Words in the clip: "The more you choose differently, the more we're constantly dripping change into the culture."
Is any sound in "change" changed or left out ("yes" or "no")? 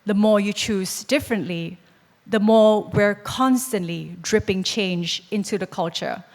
no